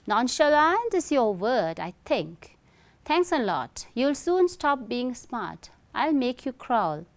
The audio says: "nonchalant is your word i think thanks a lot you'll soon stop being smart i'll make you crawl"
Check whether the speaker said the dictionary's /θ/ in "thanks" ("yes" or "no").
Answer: no